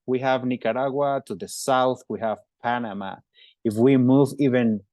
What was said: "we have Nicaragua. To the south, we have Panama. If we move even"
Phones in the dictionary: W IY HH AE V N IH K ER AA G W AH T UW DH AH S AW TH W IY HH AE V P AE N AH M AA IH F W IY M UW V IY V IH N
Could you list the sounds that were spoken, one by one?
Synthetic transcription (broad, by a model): W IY HH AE V N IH K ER AA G W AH T UW DH AH S AW TH W IY HH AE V P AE N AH M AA IH F W IY M UW V IY V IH N